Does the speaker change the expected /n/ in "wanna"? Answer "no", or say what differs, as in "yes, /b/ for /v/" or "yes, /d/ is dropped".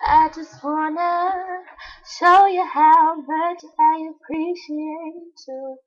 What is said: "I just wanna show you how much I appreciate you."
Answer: no